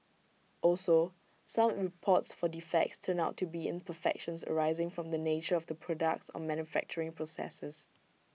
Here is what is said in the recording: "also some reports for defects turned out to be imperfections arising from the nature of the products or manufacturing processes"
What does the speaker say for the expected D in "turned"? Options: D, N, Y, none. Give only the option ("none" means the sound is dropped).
none